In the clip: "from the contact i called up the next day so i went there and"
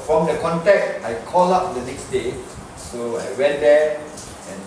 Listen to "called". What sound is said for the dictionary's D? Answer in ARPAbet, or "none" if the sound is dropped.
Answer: none